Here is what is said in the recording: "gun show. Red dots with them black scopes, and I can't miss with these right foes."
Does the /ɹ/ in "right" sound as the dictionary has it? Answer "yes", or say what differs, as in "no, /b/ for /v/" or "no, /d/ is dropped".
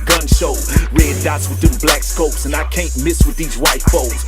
no, /w/ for /ɹ/